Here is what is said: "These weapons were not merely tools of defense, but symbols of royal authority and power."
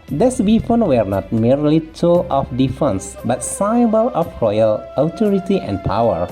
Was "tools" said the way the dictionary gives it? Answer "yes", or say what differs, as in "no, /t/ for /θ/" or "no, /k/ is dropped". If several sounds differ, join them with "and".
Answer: no, /z/ is dropped